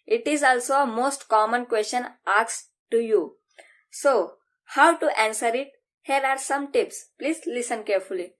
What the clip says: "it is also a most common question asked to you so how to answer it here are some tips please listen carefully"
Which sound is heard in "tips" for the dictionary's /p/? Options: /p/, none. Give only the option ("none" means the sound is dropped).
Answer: /p/